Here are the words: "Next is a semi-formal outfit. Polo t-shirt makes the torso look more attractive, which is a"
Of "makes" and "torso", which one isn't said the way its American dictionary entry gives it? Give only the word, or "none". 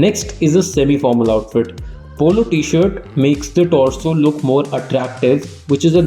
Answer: torso